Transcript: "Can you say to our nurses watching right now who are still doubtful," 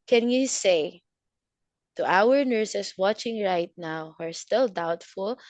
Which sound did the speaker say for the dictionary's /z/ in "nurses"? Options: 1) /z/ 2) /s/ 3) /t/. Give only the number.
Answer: 2